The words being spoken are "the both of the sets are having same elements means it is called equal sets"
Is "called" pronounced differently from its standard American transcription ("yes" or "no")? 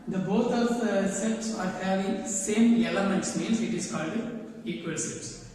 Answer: no